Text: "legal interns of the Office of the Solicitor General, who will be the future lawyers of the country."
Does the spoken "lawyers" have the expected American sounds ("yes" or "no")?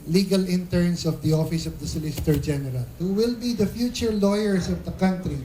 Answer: no